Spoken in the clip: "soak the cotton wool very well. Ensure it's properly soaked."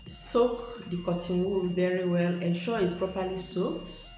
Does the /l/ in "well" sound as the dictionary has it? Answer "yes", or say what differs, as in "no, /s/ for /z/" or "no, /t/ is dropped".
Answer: yes